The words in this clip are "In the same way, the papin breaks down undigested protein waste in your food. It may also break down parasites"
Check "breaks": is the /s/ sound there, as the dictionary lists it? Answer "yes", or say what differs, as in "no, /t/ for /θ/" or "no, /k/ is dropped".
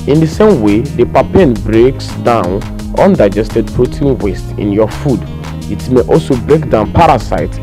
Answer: yes